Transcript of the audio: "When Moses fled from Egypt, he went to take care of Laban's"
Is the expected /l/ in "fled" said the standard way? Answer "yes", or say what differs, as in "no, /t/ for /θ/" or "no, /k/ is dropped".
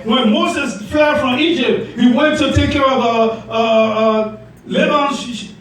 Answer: no, /l/ is dropped